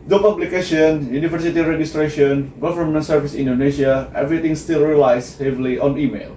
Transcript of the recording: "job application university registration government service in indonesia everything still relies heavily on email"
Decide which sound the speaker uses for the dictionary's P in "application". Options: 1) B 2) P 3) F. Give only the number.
1